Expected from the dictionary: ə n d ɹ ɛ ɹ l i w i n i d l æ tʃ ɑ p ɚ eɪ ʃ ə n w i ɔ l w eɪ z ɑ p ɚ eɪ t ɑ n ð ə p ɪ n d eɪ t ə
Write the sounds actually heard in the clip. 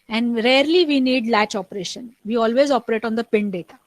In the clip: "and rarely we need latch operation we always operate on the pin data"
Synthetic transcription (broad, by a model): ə n d ɹ ɛ ɹ l i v i n i d l æ tʃ ɑ p ɚ eɪ ʃ ə n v i ɔ l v eɪ z ɑ p ɚ eɪ t ɑ n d ə p ɪ n d eɪ t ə